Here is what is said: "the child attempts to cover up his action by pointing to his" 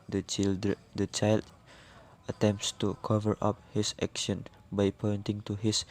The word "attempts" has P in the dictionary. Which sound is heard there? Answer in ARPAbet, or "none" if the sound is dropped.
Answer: P